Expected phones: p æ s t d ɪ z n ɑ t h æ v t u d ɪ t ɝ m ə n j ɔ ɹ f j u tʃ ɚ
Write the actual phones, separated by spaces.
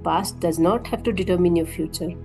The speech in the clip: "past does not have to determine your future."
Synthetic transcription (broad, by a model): p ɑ s t d ɪ z n ɑ t h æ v t u d ɪ t ɝ m ə n j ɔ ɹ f j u tʃ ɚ